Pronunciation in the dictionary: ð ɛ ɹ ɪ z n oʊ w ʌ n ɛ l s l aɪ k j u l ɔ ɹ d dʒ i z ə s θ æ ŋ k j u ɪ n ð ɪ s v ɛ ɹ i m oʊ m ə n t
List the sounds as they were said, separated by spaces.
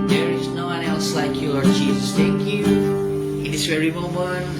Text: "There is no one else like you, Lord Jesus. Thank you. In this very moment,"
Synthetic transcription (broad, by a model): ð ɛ ɹ ɪ z n oʊ w ʌ n ɛ l s l aɪ k j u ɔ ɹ dʒ i z ə s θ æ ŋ k j u ɪ n ð ɪ s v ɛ ɹ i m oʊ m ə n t